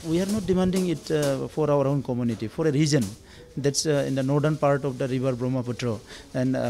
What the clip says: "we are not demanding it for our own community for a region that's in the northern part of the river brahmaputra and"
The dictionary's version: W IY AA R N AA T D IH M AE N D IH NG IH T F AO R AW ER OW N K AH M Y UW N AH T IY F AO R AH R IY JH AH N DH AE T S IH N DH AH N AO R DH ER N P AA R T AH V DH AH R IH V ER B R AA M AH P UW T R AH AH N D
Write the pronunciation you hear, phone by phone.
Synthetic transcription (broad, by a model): W IY AA R N AA T D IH M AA N D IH NG IH T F AO R AW ER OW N K AH M Y UW N AH T IY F AO R AH R IY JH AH N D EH T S IH N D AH N AO R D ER N P AA R T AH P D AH R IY B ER B R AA M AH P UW T R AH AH N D